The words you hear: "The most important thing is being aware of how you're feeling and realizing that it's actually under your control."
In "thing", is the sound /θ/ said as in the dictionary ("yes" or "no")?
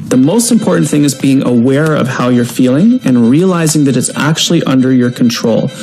yes